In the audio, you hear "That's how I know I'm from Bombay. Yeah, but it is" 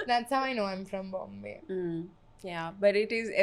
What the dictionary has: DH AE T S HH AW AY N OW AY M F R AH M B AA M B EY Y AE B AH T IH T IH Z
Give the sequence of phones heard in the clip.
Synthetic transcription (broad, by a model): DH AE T S HH AW AY N OW AY M F R AH M B AA M B EY Y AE B AH T IH T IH Z